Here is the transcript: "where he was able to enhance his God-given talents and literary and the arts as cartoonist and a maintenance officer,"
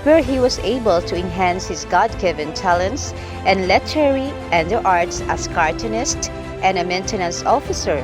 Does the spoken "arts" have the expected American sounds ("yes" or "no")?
yes